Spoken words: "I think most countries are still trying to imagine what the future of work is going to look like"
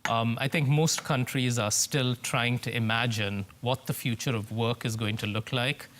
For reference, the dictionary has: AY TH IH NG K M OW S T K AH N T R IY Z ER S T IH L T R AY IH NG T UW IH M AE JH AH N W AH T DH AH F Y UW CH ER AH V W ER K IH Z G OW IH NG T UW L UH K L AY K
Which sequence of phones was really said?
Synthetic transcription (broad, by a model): AY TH IH NG K M OW S T K AH N T R IY Z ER S T IH L T R AY IH NG T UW IH M AE JH AH N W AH T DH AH F Y UW CH ER AH V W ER K IH Z G OW IH NG T UW L UH K L AY K